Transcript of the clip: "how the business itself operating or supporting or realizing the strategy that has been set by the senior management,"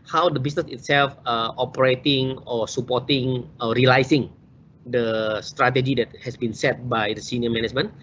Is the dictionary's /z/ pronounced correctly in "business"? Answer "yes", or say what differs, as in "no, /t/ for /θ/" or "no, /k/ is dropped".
no, /s/ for /z/